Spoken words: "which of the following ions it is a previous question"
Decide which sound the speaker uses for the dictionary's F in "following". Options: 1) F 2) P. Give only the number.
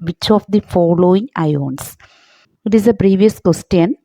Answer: 1